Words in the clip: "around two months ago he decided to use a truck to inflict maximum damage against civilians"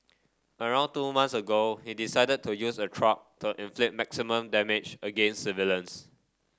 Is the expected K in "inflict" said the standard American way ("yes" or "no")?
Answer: no